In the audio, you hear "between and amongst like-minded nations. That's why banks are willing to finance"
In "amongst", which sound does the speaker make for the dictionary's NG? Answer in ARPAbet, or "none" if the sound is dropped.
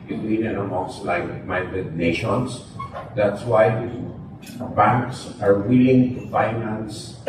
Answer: none